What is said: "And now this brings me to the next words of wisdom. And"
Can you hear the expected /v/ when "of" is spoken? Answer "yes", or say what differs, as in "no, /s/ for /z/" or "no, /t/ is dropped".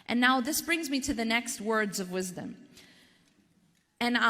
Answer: yes